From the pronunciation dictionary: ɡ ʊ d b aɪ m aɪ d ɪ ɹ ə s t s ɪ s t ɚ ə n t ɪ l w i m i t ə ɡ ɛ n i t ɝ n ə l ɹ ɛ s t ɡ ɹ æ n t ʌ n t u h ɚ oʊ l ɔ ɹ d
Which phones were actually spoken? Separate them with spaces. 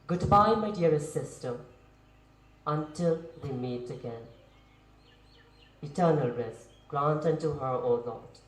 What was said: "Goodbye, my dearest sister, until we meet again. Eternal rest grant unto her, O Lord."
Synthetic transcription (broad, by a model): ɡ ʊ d b aɪ m aɪ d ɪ ə t s ɪ s t ɚ ə n t ɪ l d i m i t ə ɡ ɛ n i t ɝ n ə l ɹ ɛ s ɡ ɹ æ n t ʌ n t u h ɚ oʊ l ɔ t